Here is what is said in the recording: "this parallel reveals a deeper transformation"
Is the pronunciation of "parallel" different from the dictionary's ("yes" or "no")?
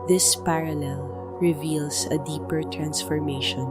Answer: no